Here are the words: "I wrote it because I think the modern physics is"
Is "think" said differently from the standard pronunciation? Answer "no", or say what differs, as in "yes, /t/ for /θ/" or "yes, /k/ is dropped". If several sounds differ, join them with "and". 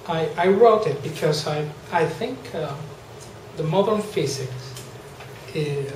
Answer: no